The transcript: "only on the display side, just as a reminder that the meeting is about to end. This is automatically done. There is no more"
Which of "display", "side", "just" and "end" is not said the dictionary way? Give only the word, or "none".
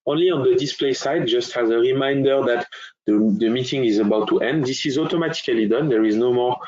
none